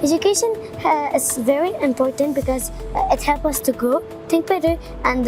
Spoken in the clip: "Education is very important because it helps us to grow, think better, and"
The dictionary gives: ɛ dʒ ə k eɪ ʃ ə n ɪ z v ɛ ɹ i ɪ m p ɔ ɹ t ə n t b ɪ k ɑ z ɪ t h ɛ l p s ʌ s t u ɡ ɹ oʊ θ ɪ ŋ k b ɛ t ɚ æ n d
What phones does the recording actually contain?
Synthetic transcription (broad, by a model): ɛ dʒ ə k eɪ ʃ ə n ɪ z v ɛ ɹ i ɪ m p ɔ ɹ t ə n t b ɪ k ɑ z ɪ t h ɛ l p ʌ s t u ɡ oʊ t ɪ ŋ k b ɛ t ɚ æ n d